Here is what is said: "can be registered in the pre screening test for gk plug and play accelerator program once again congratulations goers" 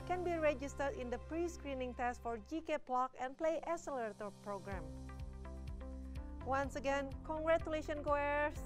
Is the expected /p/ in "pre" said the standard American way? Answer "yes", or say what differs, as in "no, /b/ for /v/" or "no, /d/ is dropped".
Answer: yes